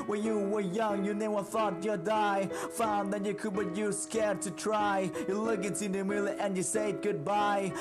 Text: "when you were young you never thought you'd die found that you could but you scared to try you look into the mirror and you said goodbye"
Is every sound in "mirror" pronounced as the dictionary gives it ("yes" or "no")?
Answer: no